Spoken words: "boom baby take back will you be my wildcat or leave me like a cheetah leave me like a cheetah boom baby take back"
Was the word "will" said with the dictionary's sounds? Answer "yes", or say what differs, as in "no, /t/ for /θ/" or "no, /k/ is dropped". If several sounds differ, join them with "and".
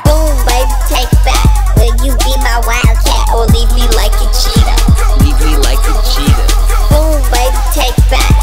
no, /n/ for /l/